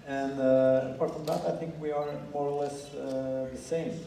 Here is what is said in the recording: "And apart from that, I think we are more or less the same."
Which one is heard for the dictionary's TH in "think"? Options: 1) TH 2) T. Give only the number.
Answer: 1